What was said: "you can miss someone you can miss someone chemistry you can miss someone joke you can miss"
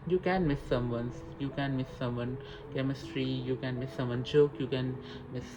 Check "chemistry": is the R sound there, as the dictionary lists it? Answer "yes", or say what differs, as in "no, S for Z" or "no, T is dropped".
yes